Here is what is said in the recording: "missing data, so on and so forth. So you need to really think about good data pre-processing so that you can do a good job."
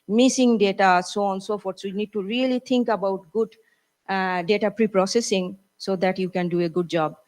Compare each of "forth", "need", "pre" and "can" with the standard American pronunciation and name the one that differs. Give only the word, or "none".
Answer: forth